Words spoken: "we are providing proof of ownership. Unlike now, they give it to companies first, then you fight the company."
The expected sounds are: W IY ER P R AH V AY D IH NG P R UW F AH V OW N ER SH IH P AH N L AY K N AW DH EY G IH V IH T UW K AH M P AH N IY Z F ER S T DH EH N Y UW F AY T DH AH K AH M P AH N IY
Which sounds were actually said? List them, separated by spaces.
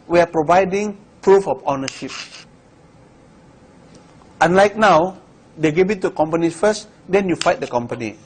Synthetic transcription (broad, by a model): W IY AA P R AH V AY D IH NG P R UW F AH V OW N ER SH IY P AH N L AY K N AW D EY G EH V IH T UW K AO M P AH N IY F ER S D EH N Y UW F AY T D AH K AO M P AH N IY